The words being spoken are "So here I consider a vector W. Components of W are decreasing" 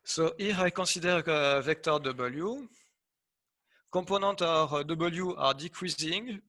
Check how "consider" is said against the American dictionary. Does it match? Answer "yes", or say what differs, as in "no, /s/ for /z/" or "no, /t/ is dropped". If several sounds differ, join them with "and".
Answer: no, /n/ is dropped